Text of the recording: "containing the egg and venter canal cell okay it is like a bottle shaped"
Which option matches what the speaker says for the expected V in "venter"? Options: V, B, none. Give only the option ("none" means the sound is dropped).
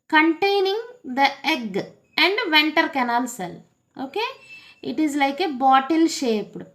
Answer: V